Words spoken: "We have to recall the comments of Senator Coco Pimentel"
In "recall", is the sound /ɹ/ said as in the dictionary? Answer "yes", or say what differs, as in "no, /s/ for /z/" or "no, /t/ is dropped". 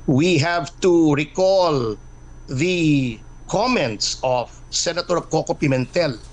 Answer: yes